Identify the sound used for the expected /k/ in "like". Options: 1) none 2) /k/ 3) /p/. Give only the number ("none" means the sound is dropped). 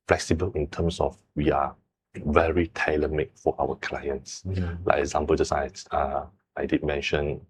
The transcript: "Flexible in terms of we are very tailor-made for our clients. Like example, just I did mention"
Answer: 1